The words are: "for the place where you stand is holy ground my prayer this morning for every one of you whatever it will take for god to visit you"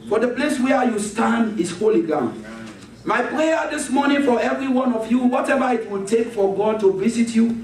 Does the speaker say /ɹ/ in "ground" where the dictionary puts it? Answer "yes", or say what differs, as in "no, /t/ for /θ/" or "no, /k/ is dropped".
no, /ɹ/ is dropped